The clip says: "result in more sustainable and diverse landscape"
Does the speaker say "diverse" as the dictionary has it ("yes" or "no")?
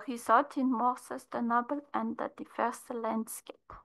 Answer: no